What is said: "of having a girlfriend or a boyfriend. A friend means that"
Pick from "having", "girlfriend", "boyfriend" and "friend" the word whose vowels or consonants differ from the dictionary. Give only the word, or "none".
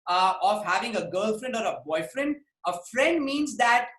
none